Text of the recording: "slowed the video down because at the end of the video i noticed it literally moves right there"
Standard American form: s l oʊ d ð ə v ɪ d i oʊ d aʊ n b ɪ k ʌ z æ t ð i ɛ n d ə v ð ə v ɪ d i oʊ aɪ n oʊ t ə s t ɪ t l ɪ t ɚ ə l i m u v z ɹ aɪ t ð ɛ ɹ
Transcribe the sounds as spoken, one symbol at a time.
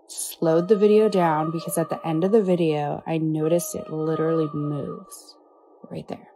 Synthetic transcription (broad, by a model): s l oʊ d ð ə v ɪ d i oʊ d aʊ n b ɪ k ʌ z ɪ t ð i ɛ n d ə v ð ə v ɪ d i oʊ aɪ n oʊ t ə s ɪ t l ɪ t ɚ l i m u v z ɹ aɪ t ð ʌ ɹ